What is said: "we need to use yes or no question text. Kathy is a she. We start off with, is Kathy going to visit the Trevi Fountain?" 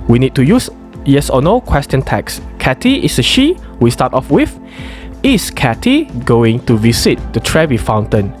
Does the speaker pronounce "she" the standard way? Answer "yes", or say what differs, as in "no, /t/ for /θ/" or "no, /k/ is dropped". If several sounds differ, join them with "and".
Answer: yes